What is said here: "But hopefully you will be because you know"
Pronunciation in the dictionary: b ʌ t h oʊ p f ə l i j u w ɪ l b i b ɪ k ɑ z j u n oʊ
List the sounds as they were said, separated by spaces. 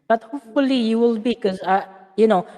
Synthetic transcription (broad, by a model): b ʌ t h oʊ p f ə l i j u w ɪ l b i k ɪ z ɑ j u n oʊ